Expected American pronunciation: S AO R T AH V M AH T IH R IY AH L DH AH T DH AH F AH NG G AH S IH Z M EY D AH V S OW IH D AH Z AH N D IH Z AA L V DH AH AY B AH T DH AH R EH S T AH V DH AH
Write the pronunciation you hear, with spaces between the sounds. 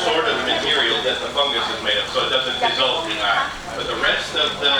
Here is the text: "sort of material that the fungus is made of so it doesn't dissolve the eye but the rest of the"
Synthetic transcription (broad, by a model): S AO R T AH V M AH T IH R IY L DH AH T DH AH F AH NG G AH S IH Z M EY D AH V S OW IH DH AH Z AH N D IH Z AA L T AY B AH T DH AH R EH S T AH V DH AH